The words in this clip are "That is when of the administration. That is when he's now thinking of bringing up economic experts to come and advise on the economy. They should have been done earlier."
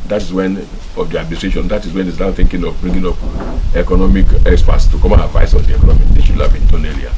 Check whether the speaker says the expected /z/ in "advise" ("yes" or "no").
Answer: no